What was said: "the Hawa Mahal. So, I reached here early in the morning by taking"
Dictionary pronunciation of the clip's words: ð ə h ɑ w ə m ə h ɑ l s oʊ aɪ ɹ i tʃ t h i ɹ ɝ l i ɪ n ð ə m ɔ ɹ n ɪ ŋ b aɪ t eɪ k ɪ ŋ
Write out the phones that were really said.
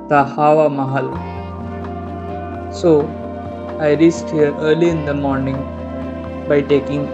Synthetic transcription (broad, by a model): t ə h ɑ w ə m ə h ɑ l s oʊ aɪ ɹ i s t h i ɹ ɝ l i ɪ n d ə m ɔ ɹ n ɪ ŋ b aɪ t eɪ k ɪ ŋ